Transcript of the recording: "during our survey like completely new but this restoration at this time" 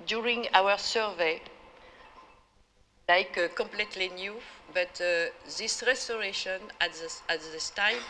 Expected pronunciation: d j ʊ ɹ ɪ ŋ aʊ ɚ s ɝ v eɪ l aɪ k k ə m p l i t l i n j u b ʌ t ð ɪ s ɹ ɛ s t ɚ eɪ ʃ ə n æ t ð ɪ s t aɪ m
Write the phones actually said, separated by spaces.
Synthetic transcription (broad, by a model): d j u ɹ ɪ ŋ aʊ ɚ s ɝ v eɪ l aɪ k k ə m p l i t l i n j u b ʌ t ð ɪ s ɹ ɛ s t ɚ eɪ ʃ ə n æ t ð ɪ s t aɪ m